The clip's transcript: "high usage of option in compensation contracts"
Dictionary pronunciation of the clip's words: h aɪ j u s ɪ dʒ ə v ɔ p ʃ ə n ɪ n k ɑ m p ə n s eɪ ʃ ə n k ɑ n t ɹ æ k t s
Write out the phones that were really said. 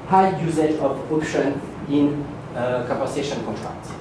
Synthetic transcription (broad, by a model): h aɪ j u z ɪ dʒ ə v ɔ p ʃ ə n ɪ n k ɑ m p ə s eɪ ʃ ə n k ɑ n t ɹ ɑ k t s